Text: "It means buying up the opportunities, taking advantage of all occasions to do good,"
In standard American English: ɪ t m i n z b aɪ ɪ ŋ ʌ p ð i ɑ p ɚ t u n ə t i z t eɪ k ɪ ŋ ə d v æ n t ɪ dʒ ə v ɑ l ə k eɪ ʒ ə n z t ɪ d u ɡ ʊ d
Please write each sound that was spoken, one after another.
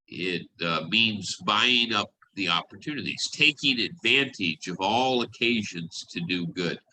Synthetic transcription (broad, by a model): ɪ t m i n z b aɪ ɪ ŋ ʌ p ð i ɑ p ɚ t u n ə t i z t eɪ k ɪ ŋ ə d v æ n t ɪ dʒ ə v ɑ l ə k eɪ ʒ ə n z t ɪ d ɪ ɡ ʊ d